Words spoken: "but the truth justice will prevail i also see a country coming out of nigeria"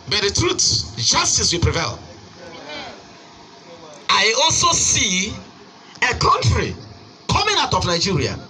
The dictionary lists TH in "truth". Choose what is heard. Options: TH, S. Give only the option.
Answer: S